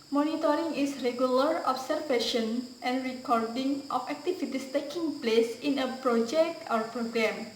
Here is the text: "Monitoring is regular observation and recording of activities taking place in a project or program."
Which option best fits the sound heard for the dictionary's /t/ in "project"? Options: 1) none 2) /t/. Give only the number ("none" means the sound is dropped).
2